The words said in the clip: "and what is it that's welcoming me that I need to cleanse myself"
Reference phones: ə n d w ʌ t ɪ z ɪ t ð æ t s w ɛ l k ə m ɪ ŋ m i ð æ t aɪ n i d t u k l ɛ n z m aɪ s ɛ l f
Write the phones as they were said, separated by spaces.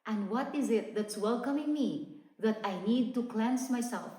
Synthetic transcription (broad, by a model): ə n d w ʌ t ɪ z ɪ t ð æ t s w ɛ l k ə m ɪ ŋ m i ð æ t aɪ n i d t u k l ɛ n s m aɪ s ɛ l f